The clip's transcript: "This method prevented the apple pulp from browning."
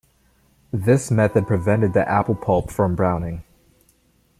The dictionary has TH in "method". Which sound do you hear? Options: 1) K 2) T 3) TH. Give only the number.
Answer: 3